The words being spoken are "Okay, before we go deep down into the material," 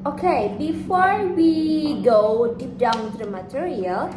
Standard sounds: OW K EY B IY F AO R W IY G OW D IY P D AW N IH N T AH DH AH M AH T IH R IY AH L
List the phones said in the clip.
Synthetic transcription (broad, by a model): OW K EY B IY F AO R W IY G OW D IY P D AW IH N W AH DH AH M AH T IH R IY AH L